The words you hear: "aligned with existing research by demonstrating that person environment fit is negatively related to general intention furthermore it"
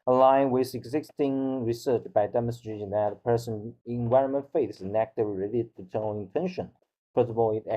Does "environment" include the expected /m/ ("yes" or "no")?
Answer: yes